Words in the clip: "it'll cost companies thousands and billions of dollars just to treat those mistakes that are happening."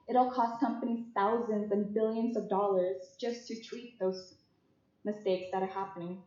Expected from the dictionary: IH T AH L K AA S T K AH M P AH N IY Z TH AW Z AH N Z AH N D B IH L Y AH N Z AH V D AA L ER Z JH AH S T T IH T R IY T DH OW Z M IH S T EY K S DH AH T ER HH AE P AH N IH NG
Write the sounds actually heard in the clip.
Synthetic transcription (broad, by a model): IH T L K AA S T K AH M P AH N IY Z TH AW Z AH N Z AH N B IH L Y AH N Z AH V D AA L ER Z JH AH S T T IH T R IY T DH OW Z M IH S T EY K S DH AH T ER HH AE P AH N IH NG